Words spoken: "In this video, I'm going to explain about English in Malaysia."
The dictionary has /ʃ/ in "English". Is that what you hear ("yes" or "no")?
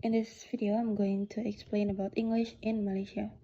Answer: yes